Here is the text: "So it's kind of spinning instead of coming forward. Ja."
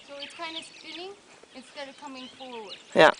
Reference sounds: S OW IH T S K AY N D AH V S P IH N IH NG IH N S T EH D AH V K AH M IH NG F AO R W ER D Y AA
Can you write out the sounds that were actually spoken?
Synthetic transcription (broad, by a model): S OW IH T S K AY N AH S F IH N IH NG IH N S T EH D AH V K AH M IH NG F AO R W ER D Y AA